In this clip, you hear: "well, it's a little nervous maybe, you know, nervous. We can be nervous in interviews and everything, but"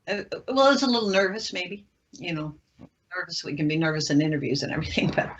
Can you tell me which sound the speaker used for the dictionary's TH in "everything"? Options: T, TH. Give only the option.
TH